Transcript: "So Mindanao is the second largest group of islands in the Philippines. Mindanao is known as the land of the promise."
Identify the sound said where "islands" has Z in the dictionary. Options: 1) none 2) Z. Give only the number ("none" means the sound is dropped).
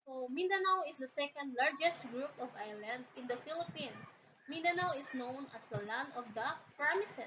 1